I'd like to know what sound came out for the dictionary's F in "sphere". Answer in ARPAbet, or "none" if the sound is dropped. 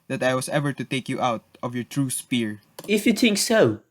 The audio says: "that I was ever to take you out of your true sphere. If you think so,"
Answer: P